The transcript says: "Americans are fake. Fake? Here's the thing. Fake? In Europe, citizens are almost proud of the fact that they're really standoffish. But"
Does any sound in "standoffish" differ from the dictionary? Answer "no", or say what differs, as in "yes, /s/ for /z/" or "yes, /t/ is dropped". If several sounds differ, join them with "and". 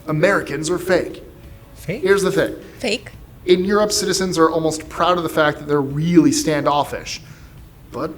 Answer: no